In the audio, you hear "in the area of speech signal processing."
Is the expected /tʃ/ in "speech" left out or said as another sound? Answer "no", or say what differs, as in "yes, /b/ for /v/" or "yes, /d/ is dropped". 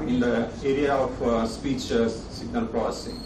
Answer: no